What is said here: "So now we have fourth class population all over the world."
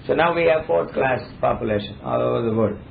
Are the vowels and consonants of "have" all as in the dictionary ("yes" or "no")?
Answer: yes